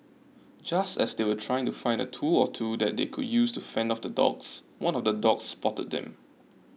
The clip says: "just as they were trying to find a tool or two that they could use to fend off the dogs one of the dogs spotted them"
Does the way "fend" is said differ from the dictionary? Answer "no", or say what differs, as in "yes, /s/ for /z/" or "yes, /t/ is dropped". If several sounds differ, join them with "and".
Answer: no